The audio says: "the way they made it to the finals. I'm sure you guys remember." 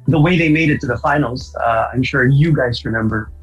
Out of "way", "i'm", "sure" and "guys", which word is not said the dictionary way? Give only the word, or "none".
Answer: none